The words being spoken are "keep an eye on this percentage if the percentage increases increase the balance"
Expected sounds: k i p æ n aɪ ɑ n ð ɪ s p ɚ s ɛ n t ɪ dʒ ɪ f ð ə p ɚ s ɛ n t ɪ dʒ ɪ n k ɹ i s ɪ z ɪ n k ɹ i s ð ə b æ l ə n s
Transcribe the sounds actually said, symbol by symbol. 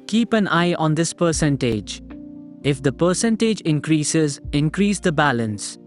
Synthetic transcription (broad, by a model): k i p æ n aɪ ɑ n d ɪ s p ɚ s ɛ n t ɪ dʒ ɪ f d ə p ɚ s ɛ n t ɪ dʒ ɪ n k ɹ i s ɪ z ɪ n k ɹ i s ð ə b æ l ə n s